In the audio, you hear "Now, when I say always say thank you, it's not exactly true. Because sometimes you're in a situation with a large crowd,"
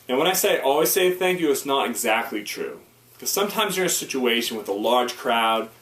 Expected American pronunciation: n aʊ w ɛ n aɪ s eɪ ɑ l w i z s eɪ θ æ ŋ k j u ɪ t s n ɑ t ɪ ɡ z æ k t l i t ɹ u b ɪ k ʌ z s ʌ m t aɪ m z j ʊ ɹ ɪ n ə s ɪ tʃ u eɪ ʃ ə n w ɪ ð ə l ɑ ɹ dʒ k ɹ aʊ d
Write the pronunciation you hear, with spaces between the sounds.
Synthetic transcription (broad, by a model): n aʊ w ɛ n aɪ s eɪ ɑ l w i z s eɪ θ æ ŋ k j u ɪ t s n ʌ t ɪ ɡ z æ k t l i t ɹ u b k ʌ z s ʌ m t aɪ m z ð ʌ ɹ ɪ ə s ɪ tʃ u eɪ ʃ ə n w ɪ ð ə l ɑ ɹ dʒ k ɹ aʊ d